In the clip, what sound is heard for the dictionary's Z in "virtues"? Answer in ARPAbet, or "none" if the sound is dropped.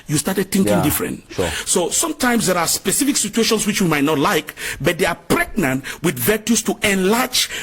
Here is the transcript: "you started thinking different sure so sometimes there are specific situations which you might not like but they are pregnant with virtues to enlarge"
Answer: S